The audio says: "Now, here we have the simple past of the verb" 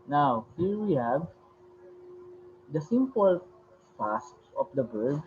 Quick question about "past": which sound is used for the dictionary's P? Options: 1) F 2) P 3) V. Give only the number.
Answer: 1